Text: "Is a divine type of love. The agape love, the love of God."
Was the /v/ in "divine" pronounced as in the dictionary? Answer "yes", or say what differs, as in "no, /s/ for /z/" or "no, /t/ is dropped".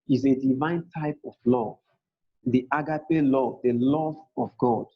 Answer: yes